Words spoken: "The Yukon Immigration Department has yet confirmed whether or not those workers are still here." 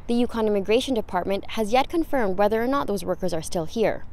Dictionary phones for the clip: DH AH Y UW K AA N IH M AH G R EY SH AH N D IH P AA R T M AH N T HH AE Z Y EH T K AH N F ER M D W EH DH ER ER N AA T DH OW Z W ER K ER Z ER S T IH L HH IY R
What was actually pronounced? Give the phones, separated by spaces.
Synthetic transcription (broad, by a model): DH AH Y UW K AA N IH M AH G R EY SH AH N D IH P AA R T M AH N T HH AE Z Y EH T K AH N F ER M D W EH DH ER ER N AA T DH OW Z W ER K ER Z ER S T IH L HH IY R